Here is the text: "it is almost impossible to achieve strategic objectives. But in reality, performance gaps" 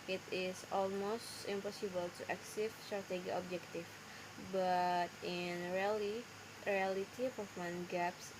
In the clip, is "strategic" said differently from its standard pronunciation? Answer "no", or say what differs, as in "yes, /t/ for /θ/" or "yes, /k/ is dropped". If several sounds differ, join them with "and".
yes, /k/ is dropped